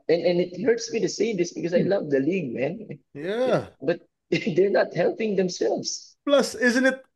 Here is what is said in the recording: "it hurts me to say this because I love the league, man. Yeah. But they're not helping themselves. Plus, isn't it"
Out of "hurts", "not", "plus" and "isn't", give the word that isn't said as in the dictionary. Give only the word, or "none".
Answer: none